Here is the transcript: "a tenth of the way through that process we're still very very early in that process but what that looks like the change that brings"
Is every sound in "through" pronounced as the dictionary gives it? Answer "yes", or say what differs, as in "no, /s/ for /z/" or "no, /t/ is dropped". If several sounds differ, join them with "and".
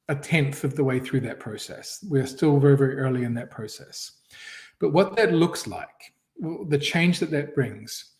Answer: yes